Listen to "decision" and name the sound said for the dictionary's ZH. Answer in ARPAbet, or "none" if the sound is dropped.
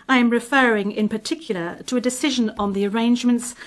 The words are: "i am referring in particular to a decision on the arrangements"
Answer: ZH